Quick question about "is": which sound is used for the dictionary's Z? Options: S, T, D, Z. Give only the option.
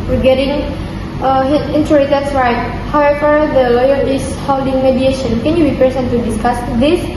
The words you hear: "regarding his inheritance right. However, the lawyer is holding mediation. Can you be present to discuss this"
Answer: S